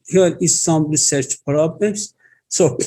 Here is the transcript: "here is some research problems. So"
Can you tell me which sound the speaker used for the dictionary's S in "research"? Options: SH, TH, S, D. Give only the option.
S